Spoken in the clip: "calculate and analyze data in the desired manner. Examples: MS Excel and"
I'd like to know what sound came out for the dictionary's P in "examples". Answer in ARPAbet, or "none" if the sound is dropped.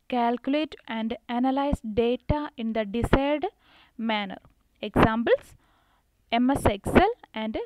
B